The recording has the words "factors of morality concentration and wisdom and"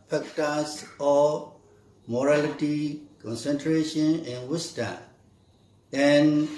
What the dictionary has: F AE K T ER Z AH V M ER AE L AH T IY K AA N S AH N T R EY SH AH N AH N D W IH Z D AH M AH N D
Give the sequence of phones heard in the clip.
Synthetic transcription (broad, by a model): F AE K T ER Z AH M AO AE L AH T IY K AA N S AH N T R EY SH AH N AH N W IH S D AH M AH N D